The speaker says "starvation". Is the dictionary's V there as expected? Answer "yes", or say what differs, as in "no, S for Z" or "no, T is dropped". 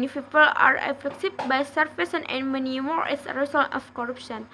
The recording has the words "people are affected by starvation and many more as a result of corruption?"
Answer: no, F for V